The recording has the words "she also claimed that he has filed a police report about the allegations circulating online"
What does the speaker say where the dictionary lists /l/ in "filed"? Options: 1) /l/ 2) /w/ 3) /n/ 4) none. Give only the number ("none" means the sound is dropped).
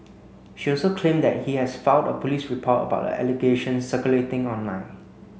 3